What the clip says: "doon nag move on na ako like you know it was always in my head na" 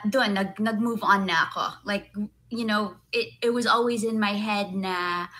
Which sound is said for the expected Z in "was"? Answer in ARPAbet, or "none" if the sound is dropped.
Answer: Z